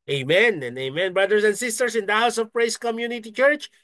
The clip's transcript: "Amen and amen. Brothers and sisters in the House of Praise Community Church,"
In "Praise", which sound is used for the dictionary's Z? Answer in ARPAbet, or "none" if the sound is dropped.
S